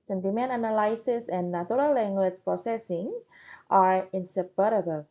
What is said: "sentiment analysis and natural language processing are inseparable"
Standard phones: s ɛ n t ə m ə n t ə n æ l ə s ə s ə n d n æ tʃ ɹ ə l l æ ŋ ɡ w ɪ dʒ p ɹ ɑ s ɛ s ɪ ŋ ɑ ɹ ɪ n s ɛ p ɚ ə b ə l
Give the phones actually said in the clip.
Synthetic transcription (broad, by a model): s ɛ n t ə m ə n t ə n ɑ l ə s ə s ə n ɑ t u ɹ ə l l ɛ ŋ ɡ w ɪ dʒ p ɹ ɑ s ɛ s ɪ ŋ ɑ ɹ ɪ n s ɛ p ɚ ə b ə l